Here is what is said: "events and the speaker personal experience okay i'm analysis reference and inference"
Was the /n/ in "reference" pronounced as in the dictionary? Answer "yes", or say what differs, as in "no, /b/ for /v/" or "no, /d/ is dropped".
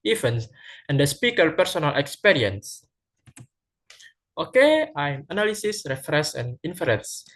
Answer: no, /n/ is dropped